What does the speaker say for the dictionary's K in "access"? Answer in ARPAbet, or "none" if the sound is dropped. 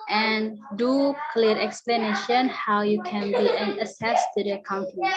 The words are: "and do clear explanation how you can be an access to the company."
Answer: none